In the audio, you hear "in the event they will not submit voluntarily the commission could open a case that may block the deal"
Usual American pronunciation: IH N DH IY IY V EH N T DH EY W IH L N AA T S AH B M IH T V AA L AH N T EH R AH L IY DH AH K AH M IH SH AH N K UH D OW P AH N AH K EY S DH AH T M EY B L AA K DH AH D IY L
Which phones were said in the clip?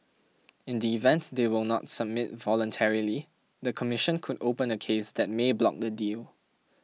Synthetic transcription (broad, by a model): IH N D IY IY V EH N T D EY W IH L N AA T S AH B M IH T V AA L AH N T EH R AH L IY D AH K AH M IH SH AH N K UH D OW P AH N AH K EY S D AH T M EY B L AA K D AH D IY L